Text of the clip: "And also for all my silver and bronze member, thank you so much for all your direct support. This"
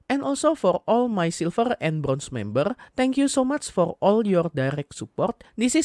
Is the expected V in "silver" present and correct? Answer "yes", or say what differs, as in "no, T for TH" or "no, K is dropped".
no, F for V